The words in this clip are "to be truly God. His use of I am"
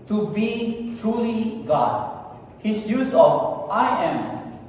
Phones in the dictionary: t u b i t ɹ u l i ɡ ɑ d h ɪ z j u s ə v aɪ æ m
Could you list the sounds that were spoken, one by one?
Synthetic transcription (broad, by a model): t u b i t ɹ u l i ɡ ɑ d h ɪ s j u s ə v aɪ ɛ m